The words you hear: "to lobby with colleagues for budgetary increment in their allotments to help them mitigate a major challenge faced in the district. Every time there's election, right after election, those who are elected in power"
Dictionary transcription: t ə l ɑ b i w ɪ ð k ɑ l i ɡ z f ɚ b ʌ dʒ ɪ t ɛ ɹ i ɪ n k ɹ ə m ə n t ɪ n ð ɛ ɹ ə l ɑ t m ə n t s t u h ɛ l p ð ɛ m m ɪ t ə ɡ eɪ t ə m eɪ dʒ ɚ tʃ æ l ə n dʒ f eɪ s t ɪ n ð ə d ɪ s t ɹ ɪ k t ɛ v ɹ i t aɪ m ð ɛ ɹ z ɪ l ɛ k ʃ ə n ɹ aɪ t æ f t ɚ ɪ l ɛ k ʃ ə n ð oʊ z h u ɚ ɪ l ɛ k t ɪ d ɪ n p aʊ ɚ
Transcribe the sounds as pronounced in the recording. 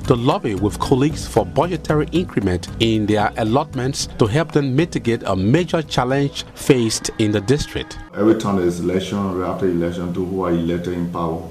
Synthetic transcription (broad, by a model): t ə l ɑ b i w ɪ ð k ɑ l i ɡ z f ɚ b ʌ dʒ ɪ t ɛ ɹ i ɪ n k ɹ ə m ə n t ɪ n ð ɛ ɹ ə l ɑ t m ə n t s t u h ɛ l p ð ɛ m m ɪ t ə ɡ eɪ t ə m eɪ dʒ ɚ tʃ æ l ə n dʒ f eɪ s t ɪ n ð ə d ɪ s t ɹ ɪ k t ɛ v ɹ i t aɪ m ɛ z ɪ l ɛ k ʃ ə n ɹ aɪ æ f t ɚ ɪ l ɛ k ʃ ə n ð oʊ h u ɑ ɪ l ɛ k t ɪ d ɪ n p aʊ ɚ